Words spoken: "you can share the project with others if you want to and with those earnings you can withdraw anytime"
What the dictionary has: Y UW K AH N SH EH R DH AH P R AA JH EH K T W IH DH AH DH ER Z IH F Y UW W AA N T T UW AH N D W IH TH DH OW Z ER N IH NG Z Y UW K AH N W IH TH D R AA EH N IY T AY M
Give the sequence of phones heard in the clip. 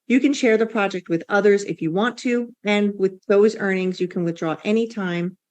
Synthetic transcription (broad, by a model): Y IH K AH N SH EH R DH AH P R AA JH EH K T W IH DH AH DH ER Z IH F Y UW W AA N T T UW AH N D W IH DH OW Z ER N IH NG Z Y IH K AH N W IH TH D R AA EH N IY T AY M